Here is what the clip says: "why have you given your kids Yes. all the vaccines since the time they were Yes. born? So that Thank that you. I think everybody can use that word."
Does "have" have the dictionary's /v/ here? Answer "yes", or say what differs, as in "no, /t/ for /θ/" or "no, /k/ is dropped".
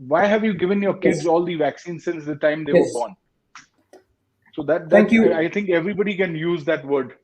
yes